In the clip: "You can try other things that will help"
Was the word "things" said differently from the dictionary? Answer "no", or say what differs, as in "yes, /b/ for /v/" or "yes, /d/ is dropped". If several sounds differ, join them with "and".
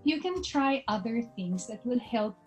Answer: no